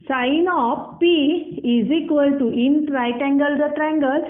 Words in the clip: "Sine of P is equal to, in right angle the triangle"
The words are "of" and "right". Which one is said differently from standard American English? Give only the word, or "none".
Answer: of